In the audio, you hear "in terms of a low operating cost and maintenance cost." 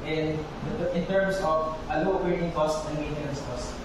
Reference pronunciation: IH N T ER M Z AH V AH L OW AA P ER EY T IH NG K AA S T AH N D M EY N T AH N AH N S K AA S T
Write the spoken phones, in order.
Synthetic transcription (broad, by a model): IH N T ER M S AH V AH L OW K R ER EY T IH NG K AA S T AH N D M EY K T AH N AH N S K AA S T